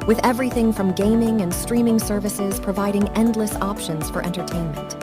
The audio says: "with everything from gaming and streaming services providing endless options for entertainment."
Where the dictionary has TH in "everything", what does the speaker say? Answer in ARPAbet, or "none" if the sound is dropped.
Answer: TH